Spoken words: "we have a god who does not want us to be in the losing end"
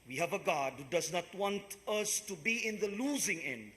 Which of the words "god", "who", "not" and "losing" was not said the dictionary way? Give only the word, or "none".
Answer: none